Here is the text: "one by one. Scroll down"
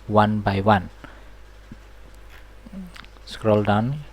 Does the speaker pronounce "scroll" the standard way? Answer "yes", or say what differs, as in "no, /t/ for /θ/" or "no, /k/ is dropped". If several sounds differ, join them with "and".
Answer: yes